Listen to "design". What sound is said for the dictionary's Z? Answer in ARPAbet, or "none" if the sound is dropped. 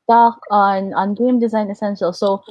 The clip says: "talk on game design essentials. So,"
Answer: Z